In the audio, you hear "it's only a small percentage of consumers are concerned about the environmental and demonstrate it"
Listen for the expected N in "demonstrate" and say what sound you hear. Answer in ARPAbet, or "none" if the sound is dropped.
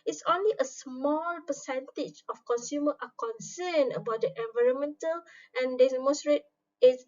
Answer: none